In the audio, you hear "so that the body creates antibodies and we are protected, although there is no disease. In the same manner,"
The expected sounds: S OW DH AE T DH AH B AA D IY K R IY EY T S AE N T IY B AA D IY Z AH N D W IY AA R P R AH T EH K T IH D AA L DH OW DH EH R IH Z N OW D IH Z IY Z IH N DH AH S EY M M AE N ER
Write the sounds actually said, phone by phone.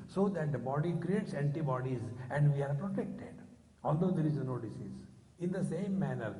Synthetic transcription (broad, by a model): S OW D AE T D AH B AA D IY K R IY EY T S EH N T IY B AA D IY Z AH N D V IY AA R P R AH T EH K T IH D AA L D OW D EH R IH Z N OW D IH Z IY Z IH N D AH S EY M M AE N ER